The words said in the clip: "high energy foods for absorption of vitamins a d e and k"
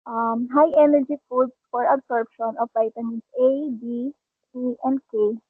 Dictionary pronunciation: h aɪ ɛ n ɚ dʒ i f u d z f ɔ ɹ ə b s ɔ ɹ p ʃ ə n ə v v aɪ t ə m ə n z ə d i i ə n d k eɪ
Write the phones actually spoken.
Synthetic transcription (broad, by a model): h aɪ ɛ n ɚ dʒ i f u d s f ɔ ɹ ə b s ɔ ɹ p ʃ ə n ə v p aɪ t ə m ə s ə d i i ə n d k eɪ